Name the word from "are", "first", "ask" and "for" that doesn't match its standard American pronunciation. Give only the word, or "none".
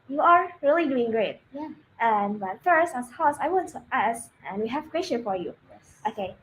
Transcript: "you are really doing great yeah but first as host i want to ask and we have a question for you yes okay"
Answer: ask